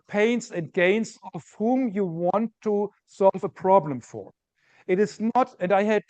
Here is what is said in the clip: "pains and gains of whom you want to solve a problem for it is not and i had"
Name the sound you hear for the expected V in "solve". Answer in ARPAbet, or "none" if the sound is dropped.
V